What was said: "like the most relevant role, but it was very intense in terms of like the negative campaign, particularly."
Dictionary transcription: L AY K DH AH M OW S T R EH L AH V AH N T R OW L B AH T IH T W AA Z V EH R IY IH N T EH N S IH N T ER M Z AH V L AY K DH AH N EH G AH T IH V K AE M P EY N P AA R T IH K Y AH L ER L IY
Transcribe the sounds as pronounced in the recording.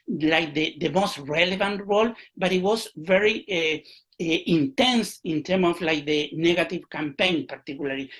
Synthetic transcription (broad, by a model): L AY K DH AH M OW S T R EH L AH V AH N T R OW L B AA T IH T W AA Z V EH R IY IH N T EH N S IH N T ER M AH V L AY K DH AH N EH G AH T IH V K AE M P EY N P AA R T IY K Y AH L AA L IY